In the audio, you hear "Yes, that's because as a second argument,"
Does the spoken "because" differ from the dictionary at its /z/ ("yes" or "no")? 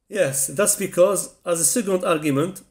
no